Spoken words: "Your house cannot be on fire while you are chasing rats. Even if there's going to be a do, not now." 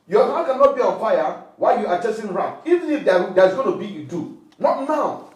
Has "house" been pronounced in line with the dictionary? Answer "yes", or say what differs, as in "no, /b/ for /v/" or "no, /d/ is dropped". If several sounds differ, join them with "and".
no, /s/ is dropped